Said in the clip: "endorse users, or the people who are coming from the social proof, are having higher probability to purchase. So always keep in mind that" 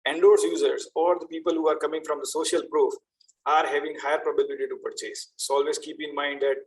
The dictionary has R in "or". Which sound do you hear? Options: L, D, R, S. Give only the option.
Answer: R